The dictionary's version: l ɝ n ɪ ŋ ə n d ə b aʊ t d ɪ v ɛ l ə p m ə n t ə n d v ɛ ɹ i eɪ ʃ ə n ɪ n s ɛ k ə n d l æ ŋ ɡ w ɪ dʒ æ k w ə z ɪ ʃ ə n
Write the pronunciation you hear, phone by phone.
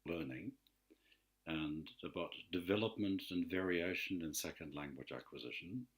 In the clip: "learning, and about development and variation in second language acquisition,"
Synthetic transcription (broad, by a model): l ɝ n ɪ ŋ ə n ə b aʊ t d ɪ v ɛ l ə p m ə n t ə n v ɛ ɹ i eɪ ʃ ə n ɪ n s ɛ k ə n d l æ ŋ ɡ w ɪ dʒ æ k w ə z ɪ ʃ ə n